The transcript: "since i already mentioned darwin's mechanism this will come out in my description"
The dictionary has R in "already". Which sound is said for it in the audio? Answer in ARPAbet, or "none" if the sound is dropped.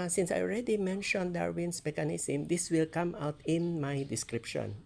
R